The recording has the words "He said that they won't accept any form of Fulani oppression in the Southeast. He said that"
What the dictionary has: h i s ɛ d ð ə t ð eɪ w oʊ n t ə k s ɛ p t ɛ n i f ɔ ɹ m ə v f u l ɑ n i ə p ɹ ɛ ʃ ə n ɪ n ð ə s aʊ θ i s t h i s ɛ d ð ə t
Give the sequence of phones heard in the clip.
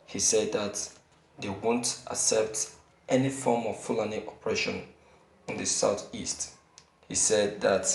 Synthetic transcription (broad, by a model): h i s ɛ d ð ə t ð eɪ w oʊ n t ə s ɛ p t ɛ n i f ɔ m ə v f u l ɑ n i ə p ɹ ɛ ʃ ə n ɪ n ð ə s aʊ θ i s t h i s ɛ d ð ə t